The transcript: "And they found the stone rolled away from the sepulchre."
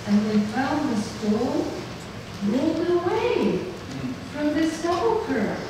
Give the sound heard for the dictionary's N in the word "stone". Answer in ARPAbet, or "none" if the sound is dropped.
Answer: L